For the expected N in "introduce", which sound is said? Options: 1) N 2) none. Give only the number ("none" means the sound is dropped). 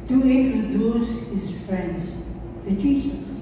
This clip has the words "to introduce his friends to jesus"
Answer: 2